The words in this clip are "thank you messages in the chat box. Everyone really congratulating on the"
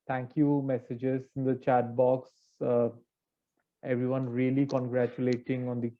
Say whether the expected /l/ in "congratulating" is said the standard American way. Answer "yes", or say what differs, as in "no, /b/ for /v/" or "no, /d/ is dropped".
yes